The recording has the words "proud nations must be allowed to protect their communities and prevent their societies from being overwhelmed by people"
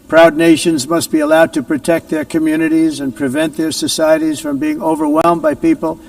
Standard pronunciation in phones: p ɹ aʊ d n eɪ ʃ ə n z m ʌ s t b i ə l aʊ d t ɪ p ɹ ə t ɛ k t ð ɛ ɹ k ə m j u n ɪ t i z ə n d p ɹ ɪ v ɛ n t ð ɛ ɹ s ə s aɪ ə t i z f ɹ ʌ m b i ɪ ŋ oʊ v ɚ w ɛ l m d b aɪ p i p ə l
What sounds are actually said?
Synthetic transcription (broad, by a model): p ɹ aʊ d n eɪ ʃ ə n z m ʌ s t b i ə l aʊ d t ɪ p ɹ ə t ɛ k t ð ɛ ɹ k ə m j u n ɪ t i z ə n p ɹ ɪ v ɛ n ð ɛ ɹ s ə s aɪ ə t i z f ɹ ʌ m b i ɪ ŋ oʊ v ɚ w ɛ l m b aɪ p i p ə l